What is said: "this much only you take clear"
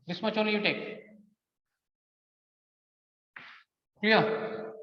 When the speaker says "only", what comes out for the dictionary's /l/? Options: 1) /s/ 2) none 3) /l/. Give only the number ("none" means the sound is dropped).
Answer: 2